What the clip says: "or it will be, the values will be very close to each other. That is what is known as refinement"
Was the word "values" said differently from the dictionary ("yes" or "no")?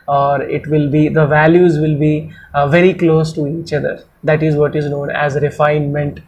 no